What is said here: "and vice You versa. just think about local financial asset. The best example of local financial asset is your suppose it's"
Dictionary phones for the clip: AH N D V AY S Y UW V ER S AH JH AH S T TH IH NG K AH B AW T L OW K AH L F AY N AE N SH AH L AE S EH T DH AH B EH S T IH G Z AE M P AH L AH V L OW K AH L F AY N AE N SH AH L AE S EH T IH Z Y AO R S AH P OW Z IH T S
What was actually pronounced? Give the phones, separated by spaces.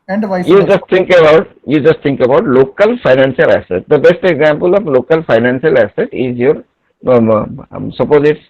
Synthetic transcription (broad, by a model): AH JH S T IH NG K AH B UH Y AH JH AH S T T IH NG K AH B AW T L OW K AH L F AY N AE N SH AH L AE S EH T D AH B EH S T IH G Z AE M P AH L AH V L OW K AH L F AY N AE N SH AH L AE S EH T IH Z Y AO R S AH P OW Z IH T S